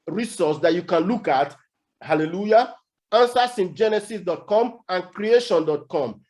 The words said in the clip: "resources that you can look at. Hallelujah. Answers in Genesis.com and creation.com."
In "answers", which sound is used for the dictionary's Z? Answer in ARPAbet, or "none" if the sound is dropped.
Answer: S